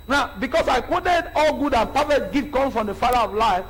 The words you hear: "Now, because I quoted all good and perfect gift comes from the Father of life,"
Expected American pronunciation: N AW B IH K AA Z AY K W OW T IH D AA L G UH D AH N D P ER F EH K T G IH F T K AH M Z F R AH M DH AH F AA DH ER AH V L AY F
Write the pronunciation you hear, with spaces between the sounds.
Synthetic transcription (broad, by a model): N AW B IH K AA S AY K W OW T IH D AA L G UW D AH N P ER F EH T G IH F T K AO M F R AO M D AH F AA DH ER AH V L AY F